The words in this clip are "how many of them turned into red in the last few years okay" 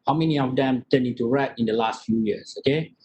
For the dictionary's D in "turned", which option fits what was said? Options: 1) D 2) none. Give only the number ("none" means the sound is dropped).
2